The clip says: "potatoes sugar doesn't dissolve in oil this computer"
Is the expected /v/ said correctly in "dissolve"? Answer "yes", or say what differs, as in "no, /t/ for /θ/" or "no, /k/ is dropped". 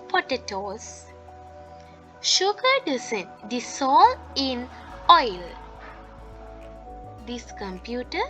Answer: no, /v/ is dropped